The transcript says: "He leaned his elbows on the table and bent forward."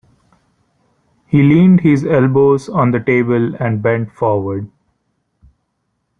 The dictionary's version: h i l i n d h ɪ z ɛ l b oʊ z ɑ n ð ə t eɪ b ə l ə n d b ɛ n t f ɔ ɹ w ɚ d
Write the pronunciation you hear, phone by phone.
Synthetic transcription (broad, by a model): h i l i n d h ɪ z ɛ l b oʊ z ɑ n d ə t eɪ b ə l ə n d b ɛ n t f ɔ ɹ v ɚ d